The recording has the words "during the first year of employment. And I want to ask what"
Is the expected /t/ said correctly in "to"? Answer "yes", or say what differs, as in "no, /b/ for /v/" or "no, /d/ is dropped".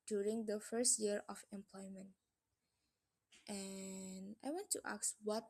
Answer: yes